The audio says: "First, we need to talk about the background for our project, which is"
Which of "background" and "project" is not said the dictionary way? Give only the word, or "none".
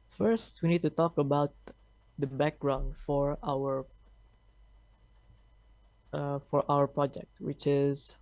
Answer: none